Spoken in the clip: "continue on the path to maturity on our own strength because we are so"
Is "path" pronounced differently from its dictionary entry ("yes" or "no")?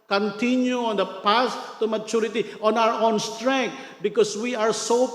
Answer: yes